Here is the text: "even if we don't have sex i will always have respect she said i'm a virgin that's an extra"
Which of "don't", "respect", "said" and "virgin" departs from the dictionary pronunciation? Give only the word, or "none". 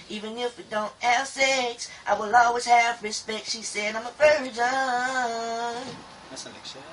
virgin